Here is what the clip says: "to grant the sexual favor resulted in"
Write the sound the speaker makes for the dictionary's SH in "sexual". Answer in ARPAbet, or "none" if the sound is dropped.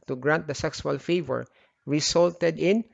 S